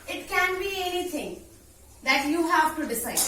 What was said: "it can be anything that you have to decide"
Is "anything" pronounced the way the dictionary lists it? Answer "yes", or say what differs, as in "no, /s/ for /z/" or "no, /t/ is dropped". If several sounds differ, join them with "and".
no, /t/ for /θ/